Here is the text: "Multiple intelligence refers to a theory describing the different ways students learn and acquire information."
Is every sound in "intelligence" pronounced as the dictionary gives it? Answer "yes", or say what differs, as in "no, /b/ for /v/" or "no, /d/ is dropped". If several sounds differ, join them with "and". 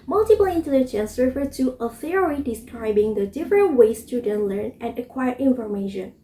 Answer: yes